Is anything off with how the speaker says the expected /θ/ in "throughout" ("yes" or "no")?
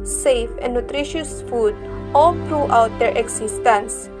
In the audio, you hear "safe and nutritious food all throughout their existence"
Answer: yes